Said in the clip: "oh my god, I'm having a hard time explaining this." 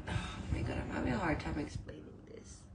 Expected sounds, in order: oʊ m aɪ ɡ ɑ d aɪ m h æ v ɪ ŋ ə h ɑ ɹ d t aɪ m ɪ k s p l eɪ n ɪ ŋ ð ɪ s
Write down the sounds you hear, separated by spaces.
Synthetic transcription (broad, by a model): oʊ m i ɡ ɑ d aɪ m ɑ b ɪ ə h ɑ ɹ d t aɪ m ɪ k s p l eɪ n ɪ ŋ ð ɪ s